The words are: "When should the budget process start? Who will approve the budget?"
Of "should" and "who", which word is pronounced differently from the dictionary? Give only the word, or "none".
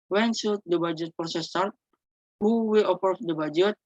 should